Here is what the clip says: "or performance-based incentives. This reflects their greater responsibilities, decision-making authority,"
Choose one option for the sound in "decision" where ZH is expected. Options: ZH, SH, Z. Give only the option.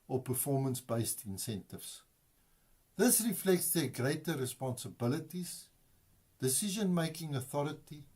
ZH